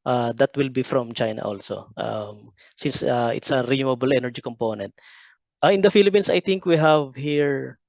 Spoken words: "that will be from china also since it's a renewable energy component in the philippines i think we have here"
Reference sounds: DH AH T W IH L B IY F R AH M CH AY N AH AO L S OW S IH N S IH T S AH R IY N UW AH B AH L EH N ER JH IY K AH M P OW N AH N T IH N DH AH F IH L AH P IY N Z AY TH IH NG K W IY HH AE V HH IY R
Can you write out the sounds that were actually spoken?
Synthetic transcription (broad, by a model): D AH T W IH L B IY F R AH M CH AY N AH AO L S OW S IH N S IH T S AH R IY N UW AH B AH L EH N ER JH IY K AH M P OW N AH N T IH N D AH F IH L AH P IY N S AY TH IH NG K W IY HH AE V HH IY R